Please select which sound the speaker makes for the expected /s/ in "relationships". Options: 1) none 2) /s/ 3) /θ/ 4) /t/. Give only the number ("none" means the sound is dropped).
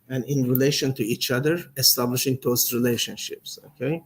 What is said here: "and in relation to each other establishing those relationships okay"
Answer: 2